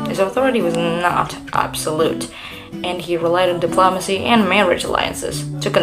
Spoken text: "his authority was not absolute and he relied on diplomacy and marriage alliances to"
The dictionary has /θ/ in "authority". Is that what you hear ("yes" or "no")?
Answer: yes